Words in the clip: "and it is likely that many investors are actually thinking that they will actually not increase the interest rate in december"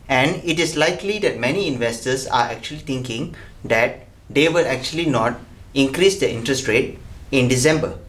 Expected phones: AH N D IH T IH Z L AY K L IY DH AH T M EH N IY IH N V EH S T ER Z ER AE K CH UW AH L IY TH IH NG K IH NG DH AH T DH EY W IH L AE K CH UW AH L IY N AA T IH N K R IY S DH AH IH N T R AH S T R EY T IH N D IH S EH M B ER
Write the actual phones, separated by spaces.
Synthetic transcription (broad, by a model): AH N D IH T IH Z L AY K L IY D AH T M EH N IY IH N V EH S T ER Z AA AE K CH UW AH L IY T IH NG K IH NG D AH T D EY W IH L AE K CH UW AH L IY N AA T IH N K R IY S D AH IH N T R AH S T R EY T IH N D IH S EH M B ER